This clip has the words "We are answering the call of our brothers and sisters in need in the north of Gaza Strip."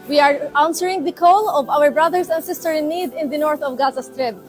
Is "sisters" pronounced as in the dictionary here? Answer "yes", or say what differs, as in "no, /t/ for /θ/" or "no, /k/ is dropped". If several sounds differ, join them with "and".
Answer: no, /z/ is dropped